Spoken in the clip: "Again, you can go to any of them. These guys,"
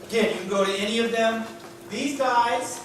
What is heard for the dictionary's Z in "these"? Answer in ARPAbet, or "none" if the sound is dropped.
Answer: Z